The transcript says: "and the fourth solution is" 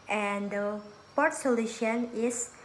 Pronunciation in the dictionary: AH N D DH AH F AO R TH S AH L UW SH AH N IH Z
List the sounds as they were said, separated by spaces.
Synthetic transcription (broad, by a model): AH N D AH P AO R T S AH L UW SH AH N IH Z